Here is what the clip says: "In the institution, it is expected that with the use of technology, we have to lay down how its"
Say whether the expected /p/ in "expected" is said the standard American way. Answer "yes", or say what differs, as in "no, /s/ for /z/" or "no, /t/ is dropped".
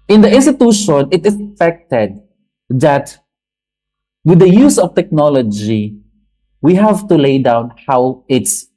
no, /f/ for /p/